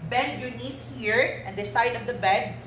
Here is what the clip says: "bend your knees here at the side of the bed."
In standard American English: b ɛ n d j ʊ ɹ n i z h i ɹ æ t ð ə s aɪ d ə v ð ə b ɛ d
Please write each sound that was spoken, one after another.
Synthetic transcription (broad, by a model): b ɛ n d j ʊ n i s h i ɹ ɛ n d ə s aɪ d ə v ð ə b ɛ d